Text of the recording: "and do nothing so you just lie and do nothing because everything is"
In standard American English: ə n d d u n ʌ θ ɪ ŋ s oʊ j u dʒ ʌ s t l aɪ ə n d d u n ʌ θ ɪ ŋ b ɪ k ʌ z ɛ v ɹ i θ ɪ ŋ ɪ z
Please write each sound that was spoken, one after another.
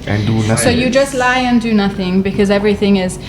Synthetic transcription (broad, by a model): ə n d d u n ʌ s oʊ j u dʒ ʌ s t l aɪ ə n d d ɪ n ʌ θ ɪ ŋ b ɪ k ʌ z ɛ v ɹ i θ ɪ ŋ ɪ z